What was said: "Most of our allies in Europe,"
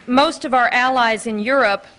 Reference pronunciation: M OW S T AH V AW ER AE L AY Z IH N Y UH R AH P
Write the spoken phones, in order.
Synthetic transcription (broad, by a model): M OW S T AH V AW ER AE L AY Z IH N Y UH R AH P